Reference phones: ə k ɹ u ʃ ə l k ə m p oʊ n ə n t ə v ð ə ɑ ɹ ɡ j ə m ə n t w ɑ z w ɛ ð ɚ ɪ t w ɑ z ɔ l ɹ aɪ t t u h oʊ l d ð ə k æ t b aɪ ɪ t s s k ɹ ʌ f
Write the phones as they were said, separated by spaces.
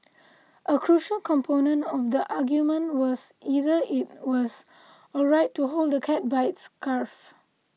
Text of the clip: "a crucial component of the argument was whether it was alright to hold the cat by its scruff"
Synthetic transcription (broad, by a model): ə k ɹ u ʃ ə l k ə m p oʊ n ə n t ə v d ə ɑ ɡ j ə m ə n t w ɑ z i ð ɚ ɪ t w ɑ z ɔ ɹ aɪ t t u h oʊ l d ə k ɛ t b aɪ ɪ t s s k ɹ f